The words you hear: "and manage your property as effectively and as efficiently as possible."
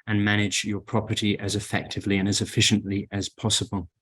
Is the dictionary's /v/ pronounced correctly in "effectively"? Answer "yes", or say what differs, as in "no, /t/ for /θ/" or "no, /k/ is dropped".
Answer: yes